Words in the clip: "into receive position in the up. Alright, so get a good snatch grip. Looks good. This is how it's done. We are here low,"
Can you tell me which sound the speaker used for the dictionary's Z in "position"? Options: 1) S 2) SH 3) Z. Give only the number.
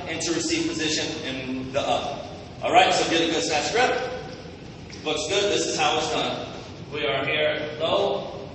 3